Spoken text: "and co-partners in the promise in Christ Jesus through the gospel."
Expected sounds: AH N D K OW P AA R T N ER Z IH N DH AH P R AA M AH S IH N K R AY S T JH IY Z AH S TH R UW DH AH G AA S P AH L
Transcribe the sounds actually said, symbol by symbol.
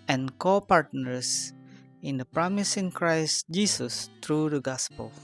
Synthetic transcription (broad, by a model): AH N K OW P AA R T N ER S IH N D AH P R AA M AH S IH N K R AY S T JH IY S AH S T R UW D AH G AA S P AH L